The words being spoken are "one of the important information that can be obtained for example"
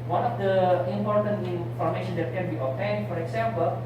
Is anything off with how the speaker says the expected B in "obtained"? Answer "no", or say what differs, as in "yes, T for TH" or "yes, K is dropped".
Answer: yes, B is dropped